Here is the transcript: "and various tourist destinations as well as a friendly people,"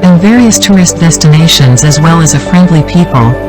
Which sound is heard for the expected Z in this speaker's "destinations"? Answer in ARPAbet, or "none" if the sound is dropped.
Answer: Z